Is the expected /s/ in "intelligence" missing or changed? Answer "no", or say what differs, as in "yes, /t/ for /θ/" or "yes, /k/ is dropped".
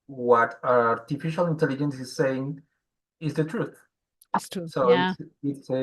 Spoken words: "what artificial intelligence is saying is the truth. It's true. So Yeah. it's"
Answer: no